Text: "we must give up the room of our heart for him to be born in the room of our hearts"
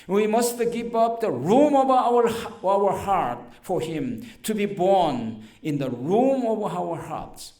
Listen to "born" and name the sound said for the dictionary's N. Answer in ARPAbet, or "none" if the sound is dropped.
N